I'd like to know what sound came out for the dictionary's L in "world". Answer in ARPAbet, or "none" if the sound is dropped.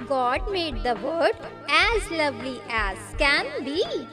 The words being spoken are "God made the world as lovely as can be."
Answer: none